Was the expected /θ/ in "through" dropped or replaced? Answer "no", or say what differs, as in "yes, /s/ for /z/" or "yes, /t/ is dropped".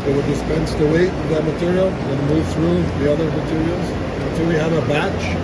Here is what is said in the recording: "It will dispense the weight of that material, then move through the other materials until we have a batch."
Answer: no